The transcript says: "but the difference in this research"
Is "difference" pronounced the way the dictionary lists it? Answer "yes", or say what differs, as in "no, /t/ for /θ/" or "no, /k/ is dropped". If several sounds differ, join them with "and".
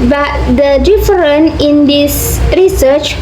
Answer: no, /s/ is dropped